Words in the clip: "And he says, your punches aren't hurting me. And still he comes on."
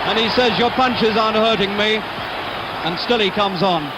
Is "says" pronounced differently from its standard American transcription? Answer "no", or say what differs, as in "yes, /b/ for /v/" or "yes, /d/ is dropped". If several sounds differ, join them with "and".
no